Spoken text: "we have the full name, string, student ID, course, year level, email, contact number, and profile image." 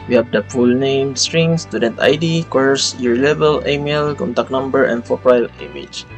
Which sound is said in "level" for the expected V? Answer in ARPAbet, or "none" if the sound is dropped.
B